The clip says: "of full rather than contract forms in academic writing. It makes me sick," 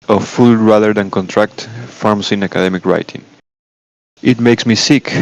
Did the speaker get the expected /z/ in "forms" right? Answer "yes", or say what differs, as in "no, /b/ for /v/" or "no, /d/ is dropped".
no, /s/ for /z/